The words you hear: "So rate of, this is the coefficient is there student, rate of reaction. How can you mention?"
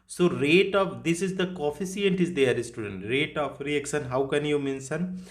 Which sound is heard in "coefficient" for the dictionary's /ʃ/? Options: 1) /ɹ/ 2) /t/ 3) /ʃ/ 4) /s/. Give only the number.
4